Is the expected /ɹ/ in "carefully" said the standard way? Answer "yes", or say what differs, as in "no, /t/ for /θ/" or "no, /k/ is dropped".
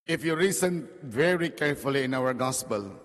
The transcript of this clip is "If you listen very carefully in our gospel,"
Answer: yes